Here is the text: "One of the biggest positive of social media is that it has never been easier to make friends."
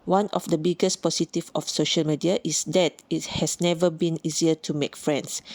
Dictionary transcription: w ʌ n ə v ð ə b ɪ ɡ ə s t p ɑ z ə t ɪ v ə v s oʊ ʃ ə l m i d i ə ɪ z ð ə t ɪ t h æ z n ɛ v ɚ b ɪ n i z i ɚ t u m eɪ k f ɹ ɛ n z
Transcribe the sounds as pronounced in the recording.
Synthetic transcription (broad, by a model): w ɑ n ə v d ə b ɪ ɡ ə s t p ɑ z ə t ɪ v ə f s oʊ ʃ ə l m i d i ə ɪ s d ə t ɪ t h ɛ s n ɛ v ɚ b ɪ n i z i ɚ t u m eɪ k f ɹ ɛ n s